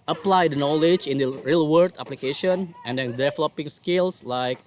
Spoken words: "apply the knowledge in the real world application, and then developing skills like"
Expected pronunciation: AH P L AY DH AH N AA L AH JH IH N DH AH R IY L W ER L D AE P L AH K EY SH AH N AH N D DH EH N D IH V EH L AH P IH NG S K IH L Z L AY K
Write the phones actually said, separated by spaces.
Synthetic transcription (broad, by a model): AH P L AY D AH N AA L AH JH IH N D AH R IY L W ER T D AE P L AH K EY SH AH N AH N D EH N D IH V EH L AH P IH NG S K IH L S L AY K